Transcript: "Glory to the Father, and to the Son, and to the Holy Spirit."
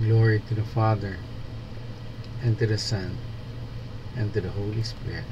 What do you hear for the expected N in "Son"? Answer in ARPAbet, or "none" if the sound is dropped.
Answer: N